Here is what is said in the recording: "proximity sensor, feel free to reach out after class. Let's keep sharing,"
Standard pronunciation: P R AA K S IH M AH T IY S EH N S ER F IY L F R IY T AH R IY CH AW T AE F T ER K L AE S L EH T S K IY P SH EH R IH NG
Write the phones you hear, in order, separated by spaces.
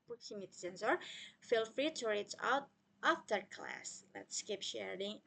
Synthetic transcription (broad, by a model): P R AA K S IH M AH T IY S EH N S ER F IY L F R IY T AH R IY S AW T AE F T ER K L AE S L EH T S K IY P SH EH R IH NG